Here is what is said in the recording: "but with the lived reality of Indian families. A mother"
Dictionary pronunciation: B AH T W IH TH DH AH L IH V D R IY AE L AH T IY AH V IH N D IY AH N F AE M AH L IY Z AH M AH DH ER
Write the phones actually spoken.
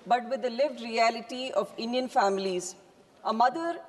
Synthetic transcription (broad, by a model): B AH T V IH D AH L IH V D R IY AE L AH T IY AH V IH N D IY AH N F AE M AH L IY Z AH M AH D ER